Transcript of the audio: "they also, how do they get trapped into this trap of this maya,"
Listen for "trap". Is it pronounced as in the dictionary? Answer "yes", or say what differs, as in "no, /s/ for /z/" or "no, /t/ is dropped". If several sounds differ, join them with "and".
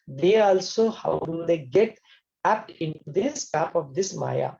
no, /ɹ/ is dropped